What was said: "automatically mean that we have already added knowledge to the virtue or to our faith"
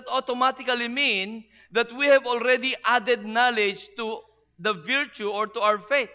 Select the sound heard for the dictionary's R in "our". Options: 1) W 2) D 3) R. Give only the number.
1